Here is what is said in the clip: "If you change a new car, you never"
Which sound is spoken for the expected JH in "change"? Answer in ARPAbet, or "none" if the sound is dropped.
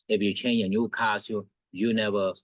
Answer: none